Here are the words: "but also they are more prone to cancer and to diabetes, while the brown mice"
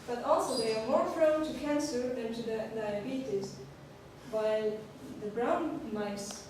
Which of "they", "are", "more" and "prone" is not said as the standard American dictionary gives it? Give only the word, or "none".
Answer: prone